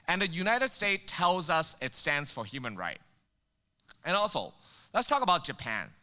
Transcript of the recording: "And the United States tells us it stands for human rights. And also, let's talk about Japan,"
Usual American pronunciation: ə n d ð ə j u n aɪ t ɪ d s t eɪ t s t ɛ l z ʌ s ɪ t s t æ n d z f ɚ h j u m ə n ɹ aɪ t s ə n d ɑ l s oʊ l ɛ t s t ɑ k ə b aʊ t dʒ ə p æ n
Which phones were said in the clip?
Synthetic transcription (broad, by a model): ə n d ð ə j u n aɪ t ɪ d s t eɪ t t ɛ l z ʌ s ɪ t s t æ n d z f ɚ h j u m ə n ɹ aɪ t ə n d ɑ l s oʊ l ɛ t s t ɑ k ə b aʊ t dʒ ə p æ n